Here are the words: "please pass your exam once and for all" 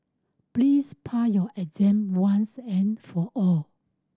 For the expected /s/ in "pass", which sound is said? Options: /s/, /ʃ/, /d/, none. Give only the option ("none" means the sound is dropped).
none